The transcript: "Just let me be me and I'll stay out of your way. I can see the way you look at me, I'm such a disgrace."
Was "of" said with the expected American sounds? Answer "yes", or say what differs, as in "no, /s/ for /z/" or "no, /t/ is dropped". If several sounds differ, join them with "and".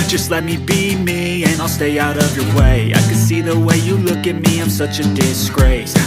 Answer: yes